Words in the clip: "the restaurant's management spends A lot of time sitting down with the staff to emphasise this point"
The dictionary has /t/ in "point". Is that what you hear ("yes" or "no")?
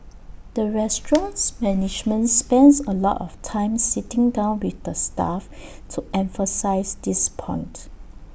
yes